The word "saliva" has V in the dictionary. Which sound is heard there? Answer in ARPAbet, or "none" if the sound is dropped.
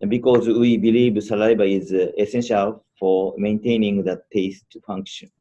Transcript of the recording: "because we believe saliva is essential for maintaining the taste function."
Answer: B